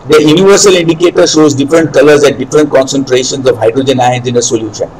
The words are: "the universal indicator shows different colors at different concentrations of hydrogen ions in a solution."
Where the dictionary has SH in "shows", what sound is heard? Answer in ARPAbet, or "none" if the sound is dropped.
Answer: SH